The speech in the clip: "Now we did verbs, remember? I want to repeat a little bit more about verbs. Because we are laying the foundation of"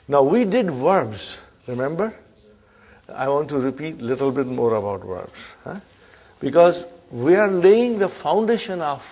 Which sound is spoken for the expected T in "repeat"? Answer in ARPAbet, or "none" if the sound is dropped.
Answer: T